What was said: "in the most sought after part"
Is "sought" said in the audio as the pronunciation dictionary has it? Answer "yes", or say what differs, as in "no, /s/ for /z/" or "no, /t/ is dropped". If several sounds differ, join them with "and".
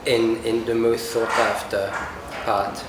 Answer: no, /θ/ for /s/